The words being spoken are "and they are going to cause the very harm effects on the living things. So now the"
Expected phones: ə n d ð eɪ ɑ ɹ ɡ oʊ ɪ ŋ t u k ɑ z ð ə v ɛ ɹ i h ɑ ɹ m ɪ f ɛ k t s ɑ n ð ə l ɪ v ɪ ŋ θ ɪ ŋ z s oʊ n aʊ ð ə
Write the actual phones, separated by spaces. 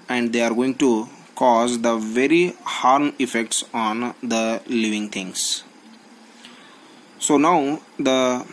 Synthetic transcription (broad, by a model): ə n d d eɪ ɑ ɹ ɡ oʊ ɪ ŋ t u k ɑ z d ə v ɛ ɹ i h ɑ ɹ m ɪ f ɛ k t s ɑ n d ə l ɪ v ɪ ŋ t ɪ ŋ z s oʊ n aʊ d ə